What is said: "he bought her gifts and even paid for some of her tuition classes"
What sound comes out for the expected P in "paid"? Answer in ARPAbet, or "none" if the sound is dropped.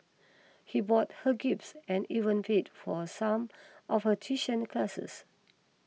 F